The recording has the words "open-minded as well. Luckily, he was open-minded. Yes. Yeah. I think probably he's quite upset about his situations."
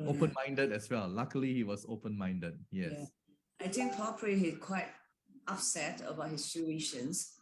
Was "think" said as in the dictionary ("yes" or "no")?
no